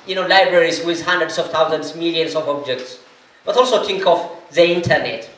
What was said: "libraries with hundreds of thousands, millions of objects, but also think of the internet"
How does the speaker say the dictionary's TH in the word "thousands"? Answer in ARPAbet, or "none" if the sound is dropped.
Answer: T